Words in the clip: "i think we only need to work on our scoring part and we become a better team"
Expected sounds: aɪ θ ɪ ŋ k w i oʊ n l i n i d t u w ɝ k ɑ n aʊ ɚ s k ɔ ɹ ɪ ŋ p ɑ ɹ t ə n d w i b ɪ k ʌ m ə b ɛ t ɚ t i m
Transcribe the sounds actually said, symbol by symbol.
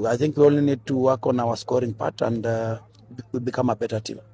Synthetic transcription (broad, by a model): aɪ θ ɪ ŋ k w i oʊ l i n i d t u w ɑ k ɑ n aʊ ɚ s k ɔ ɹ ɪ ŋ p ɑ t ə n d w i b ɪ k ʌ m ə b ɛ t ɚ t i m